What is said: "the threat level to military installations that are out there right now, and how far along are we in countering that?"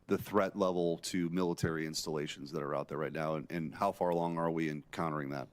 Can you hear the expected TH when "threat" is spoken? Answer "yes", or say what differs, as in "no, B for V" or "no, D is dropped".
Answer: yes